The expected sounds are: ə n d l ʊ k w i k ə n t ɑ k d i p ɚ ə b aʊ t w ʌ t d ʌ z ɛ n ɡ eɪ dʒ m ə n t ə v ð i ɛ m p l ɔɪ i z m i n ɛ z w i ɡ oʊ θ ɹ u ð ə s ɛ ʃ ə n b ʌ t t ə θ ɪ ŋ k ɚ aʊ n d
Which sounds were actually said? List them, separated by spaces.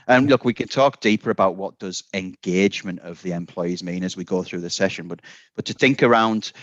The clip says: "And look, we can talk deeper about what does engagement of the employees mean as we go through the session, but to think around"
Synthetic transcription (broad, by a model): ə n l ʊ k w i k ə n t ɑ k d i p ɚ ə b aʊ t w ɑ t d ʌ z ɛ n ɡ eɪ dʒ m ə n t ə v ð i ɛ m p l ɔɪ i z m i n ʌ z w i ɡ oʊ θ ɹ u ð ə s ɛ ʃ ə n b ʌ t t ə θ ɪ ŋ k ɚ aʊ n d